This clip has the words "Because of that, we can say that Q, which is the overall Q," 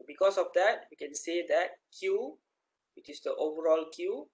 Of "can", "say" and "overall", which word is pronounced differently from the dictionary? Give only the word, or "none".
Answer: none